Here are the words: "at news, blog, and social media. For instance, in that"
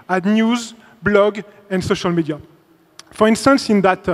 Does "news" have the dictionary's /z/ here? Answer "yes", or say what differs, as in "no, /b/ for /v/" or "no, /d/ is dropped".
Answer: yes